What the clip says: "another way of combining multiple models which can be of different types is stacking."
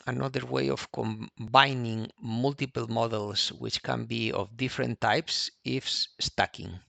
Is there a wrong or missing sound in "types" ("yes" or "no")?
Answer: no